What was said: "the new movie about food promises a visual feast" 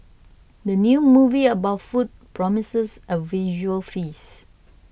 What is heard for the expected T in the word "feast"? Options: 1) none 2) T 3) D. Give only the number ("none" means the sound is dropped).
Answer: 1